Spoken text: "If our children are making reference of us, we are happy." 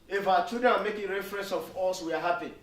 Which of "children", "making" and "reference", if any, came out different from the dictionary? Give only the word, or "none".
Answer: children